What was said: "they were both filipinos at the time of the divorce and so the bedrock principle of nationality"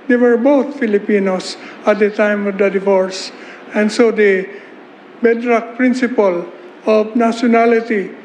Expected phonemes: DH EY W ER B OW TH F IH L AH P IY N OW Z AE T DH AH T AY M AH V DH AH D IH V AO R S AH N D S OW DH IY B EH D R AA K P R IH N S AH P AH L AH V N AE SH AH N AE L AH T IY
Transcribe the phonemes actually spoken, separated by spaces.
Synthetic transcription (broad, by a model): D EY W ER B OW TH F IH L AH P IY N OW S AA T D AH T AY M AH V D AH D IH V AO R S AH N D S OW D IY B EH D R AA K P R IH N S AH P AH L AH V N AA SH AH N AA L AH T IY